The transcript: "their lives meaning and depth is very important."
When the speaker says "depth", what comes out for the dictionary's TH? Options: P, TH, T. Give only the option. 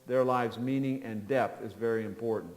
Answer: TH